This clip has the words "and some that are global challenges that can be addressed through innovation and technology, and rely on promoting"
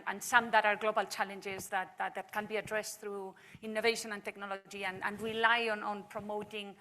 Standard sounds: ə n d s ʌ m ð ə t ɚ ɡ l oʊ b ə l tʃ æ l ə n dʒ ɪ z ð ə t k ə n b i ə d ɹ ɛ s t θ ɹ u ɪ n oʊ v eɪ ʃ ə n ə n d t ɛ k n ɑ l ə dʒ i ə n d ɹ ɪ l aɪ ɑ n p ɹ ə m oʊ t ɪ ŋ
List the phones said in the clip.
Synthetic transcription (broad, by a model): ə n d s ʌ m ð ə t ɚ ɡ l oʊ b ə l tʃ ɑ l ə n dʒ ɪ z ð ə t k ə n b i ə d ɹ ɛ s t θ ɹ u ɪ n oʊ v eɪ ʃ ə n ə n t ɛ k n ɑ l ə dʒ i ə n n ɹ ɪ l aɪ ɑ n p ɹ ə m oʊ t ɪ ŋ